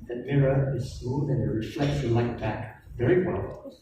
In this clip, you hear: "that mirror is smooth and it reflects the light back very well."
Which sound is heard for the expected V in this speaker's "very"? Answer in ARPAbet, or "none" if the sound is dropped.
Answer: V